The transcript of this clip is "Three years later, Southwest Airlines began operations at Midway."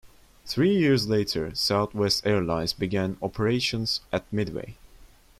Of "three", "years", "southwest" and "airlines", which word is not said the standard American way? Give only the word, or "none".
none